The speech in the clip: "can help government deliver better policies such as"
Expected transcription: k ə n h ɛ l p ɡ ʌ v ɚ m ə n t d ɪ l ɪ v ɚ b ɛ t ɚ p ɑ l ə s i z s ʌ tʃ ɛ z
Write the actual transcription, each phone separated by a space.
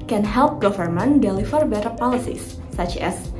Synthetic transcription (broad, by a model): k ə n h ɛ l p ɡ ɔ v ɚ m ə n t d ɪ l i f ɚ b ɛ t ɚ p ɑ l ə s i s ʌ tʃ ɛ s